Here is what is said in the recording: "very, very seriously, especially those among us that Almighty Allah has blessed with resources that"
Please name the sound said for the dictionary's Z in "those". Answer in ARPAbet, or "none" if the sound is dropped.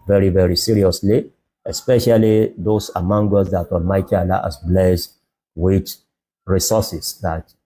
S